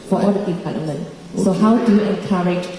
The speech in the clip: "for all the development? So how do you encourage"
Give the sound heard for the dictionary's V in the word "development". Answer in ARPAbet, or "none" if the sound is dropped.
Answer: P